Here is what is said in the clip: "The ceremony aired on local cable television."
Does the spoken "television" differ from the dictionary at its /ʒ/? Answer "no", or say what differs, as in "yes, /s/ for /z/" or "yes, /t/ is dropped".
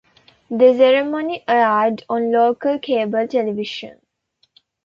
yes, /ʃ/ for /ʒ/